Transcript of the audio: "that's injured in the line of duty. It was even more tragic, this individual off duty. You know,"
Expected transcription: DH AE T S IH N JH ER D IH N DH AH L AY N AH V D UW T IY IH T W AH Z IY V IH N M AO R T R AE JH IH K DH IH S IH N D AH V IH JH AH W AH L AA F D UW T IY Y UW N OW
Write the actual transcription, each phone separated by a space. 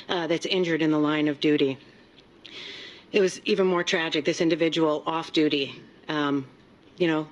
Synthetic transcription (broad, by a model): DH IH T S IH N JH ER D IH N DH AH L AY N AH V D UW T IY IH T W AH Z IY V IH N M AO R T R AE JH IH K DH IH S IH N D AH V IH JH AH W L AA F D UW T IY Y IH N OW